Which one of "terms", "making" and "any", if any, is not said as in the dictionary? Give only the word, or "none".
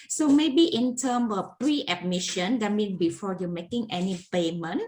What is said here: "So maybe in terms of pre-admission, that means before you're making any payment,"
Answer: terms